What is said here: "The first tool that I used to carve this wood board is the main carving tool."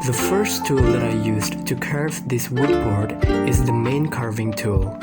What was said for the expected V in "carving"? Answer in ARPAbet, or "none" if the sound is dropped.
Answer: V